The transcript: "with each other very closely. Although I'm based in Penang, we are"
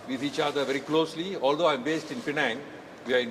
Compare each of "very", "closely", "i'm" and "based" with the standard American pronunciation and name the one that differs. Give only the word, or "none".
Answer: none